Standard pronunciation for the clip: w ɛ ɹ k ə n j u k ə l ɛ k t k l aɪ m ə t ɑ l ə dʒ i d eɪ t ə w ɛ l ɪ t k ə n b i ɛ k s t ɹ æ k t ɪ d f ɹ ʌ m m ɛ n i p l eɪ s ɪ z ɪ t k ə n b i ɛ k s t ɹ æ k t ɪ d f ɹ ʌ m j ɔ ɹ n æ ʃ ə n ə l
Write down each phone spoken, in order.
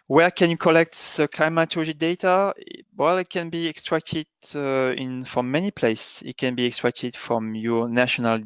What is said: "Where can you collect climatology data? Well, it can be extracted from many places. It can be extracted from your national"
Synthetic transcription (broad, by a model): w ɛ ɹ k ə n j u k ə l ɛ k t k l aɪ m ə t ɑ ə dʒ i d eɪ t ə w ɛ l ɪ t k ə n b i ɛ k s t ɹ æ k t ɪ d f ɹ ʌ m m ɛ n i p l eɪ ɪ s ɪ t k ə n b i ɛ k s t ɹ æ k t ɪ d f ɹ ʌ m j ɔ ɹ n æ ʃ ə n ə l